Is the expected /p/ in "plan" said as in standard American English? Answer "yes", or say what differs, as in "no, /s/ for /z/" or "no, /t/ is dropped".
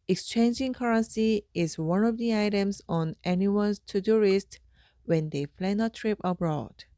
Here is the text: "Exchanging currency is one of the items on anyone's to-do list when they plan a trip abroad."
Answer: no, /f/ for /p/